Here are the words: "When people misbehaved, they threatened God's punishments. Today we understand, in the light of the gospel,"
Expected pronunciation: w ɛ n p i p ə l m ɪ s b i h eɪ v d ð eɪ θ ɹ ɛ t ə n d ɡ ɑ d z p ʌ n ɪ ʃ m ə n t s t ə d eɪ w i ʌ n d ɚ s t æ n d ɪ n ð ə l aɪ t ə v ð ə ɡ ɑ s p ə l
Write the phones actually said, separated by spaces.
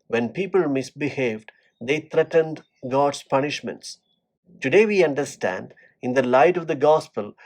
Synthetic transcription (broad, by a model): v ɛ n p i p ə l m ɪ s b i h eɪ v d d eɪ t ɹ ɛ t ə n d ɡ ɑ d s p ʌ n ɪ ʃ m ə n t s t ə d eɪ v i ʌ n d ɚ s t æ n d ɪ n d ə l aɪ t ə v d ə ɡ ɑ s p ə l